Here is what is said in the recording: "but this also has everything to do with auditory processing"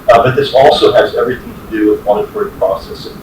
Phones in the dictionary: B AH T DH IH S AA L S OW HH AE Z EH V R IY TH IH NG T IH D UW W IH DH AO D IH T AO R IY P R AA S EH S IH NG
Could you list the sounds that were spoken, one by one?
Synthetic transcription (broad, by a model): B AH T DH IH S AA L S OW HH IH Z EH V R IY TH IH NG T IH D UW W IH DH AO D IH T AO R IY P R AA S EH S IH